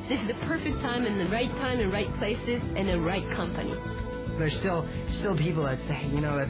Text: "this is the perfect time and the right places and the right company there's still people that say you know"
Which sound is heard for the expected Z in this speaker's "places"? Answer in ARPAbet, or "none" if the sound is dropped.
Z